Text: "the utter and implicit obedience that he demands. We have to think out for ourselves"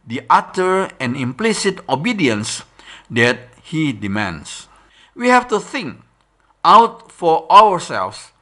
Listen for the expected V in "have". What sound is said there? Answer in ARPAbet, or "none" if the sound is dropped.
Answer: F